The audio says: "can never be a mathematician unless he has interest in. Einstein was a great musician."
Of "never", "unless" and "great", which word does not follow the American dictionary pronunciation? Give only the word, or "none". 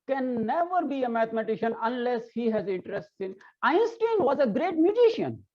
none